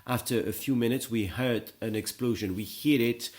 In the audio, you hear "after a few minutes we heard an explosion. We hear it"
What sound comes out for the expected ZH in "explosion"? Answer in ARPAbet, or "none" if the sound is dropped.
ZH